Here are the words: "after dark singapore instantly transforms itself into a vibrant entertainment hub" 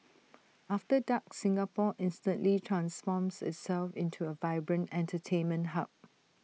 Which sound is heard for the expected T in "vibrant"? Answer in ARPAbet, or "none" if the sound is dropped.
T